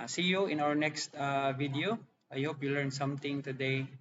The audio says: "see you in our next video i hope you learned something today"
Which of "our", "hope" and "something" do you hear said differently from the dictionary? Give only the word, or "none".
something